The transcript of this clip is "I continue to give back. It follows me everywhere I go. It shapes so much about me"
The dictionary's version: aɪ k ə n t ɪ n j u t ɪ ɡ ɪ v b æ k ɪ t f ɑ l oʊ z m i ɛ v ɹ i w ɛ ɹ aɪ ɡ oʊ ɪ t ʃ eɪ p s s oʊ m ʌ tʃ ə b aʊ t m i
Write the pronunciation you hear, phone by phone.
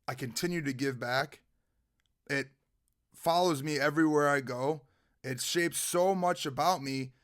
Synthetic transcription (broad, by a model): aɪ k ə n t ɪ n j u t ɪ ɡ ɪ v b æ k ɪ t f ɑ l oʊ z m i ɛ v ɹ i w ɛ ɹ aɪ ɡ oʊ ɪ t ʃ eɪ p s s oʊ m ʌ tʃ ə b aʊ t m i